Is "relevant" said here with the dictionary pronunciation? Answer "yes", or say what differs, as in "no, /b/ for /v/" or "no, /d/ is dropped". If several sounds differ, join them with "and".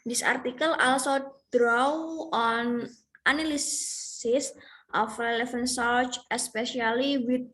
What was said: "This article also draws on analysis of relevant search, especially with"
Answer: no, /f/ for /v/